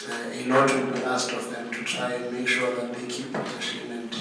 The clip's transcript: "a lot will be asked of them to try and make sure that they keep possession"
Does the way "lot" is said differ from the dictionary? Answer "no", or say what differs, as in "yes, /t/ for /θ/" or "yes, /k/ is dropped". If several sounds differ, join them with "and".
yes, /n/ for /l/